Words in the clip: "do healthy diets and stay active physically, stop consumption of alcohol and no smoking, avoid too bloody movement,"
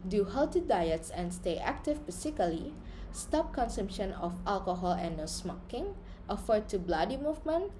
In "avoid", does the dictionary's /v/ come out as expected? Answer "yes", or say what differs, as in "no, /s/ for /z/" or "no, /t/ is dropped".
no, /f/ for /v/